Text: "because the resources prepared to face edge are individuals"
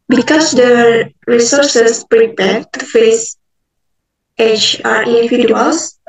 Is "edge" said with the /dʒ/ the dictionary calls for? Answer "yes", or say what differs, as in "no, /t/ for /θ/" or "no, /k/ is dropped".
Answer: no, /tʃ/ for /dʒ/